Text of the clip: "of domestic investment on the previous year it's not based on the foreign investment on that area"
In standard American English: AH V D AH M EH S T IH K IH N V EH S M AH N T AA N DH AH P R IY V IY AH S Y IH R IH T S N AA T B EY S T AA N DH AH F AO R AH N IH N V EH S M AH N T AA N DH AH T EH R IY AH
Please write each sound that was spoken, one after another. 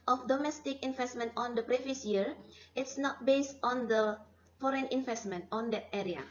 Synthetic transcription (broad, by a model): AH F D AH M EH S T IH K IH N V EH S M AH N T AA N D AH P R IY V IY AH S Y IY R IH T S N AA T B EY S T AA N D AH F AO R AH N IH N V EH S M AH N T AA N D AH T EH R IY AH